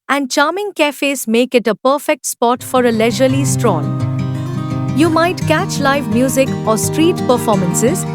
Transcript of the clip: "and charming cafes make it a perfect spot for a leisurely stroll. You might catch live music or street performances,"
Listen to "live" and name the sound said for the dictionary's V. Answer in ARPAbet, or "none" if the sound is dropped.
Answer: V